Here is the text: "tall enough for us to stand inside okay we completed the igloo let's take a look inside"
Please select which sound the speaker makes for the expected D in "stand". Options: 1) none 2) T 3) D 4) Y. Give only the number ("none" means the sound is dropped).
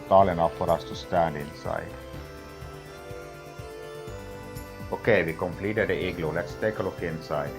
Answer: 1